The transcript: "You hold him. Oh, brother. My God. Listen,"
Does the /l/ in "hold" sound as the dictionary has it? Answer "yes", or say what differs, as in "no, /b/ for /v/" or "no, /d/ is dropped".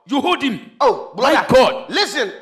no, /l/ is dropped